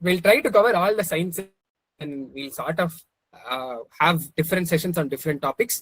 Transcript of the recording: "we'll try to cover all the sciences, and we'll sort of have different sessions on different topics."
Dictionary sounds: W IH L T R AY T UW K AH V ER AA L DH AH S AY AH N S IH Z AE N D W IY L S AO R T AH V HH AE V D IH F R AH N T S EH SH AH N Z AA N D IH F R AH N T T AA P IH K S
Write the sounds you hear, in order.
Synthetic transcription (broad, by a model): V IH L T R AY T UW K AH V ER AA L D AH S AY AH N S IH N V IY L S AO R T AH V HH AE V D IH F R AH N T S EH SH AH N S AA N D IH F R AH N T T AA P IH K S